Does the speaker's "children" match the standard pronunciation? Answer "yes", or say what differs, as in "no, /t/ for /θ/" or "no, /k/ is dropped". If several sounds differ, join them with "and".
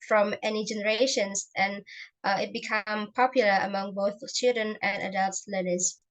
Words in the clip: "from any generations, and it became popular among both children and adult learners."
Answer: yes